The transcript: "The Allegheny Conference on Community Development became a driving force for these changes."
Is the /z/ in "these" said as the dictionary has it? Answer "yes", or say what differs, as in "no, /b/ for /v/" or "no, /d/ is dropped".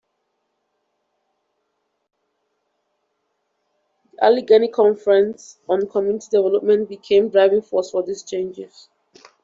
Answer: no, /s/ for /z/